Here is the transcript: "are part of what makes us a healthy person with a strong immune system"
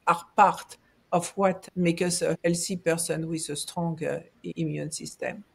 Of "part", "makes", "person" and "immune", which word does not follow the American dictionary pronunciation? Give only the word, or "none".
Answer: makes